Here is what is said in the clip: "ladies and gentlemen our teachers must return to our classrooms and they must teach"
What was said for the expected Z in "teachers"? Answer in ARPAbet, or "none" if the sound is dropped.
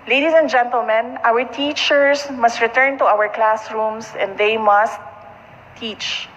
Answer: S